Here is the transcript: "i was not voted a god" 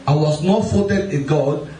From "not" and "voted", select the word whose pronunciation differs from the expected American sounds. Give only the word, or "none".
voted